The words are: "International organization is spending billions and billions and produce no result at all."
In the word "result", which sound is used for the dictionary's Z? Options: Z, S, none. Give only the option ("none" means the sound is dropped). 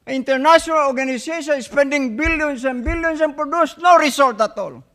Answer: S